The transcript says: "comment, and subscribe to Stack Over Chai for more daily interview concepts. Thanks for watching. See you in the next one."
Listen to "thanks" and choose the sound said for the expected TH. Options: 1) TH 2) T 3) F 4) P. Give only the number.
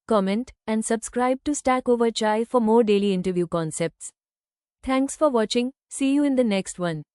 2